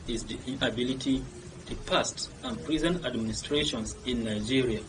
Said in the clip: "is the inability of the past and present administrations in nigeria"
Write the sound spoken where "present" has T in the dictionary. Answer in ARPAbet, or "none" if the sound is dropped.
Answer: none